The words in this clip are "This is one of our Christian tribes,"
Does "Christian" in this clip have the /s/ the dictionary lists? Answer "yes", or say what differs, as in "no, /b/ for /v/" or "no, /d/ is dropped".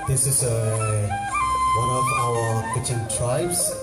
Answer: no, /s/ is dropped